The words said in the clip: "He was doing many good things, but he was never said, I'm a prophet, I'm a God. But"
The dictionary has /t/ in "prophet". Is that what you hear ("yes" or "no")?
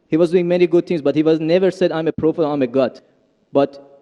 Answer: no